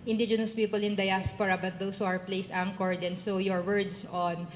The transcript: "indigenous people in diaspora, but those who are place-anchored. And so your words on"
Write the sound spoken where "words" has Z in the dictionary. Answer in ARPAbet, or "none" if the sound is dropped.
S